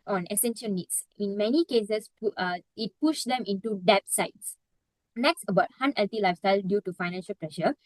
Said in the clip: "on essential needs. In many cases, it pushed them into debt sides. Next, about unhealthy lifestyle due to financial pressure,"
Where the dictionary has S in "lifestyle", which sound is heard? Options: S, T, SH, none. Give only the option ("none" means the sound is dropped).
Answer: S